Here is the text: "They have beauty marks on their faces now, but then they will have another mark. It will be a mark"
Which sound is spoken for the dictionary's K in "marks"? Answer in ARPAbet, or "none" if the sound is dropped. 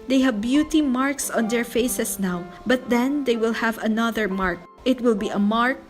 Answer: K